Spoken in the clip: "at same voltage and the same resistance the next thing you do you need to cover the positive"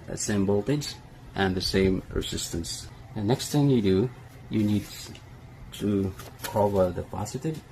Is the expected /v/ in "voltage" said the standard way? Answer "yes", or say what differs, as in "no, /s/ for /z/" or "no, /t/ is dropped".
no, /b/ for /v/